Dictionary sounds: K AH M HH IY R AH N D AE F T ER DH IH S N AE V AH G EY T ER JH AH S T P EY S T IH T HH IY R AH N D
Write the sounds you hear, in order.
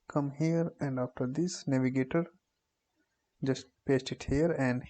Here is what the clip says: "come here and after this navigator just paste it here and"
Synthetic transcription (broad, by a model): K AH M HH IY R AH N D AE F T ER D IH S N AE V AH G EY T ER JH AH S T P EY S T IH T HH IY R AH N D